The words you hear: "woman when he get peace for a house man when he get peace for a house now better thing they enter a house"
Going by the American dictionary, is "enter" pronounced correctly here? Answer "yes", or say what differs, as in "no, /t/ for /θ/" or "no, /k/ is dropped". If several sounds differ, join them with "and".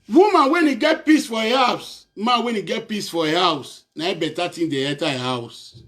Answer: no, /n/ is dropped